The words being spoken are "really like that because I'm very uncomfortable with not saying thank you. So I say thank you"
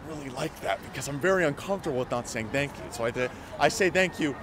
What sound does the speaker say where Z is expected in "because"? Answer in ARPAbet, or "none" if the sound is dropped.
Z